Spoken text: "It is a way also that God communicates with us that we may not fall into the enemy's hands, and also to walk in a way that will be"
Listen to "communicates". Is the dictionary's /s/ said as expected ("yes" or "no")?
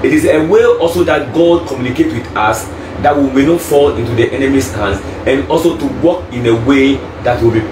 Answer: no